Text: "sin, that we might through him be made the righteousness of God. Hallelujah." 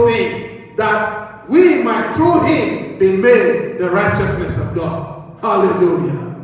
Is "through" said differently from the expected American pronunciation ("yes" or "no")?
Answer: yes